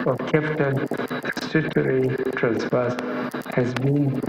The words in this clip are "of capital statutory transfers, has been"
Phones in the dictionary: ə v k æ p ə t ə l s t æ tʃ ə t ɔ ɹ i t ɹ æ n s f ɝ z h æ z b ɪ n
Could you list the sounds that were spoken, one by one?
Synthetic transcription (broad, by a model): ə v k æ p t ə n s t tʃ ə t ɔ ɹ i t ɹ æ n s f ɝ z h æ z b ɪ n